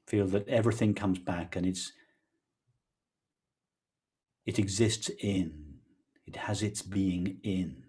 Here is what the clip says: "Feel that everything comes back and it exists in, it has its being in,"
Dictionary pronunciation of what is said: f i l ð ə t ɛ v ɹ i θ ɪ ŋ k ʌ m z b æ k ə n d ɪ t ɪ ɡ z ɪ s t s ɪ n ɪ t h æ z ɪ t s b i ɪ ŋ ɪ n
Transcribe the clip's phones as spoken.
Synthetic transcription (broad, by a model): f i l ð ə t ɛ v ɹ i θ ɪ ŋ k ʌ m z b æ k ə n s ɪ t ɪ ɡ z ɪ s t s ɪ n ɪ t h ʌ z ɪ t s b i ɪ ŋ ɪ n